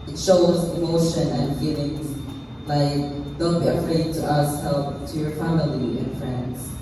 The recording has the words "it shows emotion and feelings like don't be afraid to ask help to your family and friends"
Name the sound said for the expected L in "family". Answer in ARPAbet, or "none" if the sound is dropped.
L